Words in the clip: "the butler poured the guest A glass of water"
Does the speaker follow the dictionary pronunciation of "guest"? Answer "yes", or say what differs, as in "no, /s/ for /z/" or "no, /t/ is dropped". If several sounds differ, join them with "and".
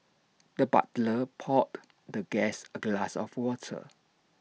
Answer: no, /t/ is dropped